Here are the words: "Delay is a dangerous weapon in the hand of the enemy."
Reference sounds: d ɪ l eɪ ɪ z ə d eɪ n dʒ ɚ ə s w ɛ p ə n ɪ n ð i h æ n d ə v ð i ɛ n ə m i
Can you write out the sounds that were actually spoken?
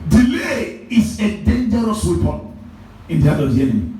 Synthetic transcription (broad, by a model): d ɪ l eɪ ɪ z ə d eɪ n dʒ ɚ ə s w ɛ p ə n ɪ n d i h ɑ d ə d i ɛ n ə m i